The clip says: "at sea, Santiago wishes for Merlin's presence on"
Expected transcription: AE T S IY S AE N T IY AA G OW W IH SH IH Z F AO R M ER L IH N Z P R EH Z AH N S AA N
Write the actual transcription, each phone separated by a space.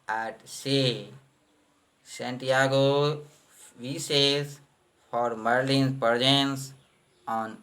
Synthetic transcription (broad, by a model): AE T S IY S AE N T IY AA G OW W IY S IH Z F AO R M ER L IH N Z P R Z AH N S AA N